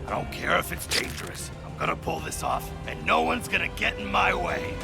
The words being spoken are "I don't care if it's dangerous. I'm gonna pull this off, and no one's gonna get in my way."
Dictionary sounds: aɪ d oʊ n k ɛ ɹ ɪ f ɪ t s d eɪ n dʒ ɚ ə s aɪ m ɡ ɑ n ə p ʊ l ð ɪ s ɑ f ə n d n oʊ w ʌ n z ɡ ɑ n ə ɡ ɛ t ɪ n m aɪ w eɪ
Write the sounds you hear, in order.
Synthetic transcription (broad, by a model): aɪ d oʊ n k ɛ ɹ ɪ f ɪ t s d eɪ n dʒ ɚ ə s aɪ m ɡ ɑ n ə p ʊ l ð ɪ s ɑ f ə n n oʊ w ʌ n z ɡ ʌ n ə ɡ ɛ t n m aɪ w eɪ